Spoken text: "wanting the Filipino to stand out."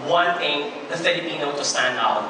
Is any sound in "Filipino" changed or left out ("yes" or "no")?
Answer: yes